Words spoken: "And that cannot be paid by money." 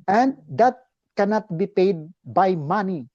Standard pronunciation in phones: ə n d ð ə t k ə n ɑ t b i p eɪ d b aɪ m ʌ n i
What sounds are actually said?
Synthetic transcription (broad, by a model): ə n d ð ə t k ə n ɑ t b i p eɪ d b aɪ m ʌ n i